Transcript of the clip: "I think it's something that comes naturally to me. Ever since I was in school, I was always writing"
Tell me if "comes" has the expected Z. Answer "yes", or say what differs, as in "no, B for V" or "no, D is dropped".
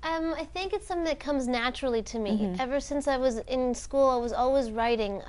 yes